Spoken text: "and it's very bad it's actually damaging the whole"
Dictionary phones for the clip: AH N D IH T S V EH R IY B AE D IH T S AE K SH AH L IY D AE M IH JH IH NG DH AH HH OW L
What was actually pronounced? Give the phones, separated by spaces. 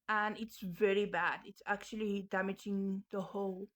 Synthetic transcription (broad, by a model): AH N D IH T S V EH R IY B AE D IH T S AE K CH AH L IY D AE M IH JH IH NG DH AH HH OW L